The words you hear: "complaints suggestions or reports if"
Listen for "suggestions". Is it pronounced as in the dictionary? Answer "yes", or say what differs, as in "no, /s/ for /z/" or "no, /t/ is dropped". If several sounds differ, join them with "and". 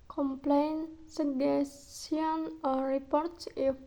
no, /dʒ/ is dropped